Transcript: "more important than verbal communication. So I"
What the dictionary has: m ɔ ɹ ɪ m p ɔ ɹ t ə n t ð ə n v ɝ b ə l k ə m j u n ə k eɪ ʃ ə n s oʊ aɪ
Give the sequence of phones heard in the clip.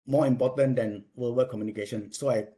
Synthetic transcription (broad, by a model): m ɔ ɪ m p ɔ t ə n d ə n w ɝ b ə k ə m j u n ə k eɪ ʃ ə n s oʊ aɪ